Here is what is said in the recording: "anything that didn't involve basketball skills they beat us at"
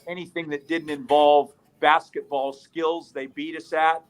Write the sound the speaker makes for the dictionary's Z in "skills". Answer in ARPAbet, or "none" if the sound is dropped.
Z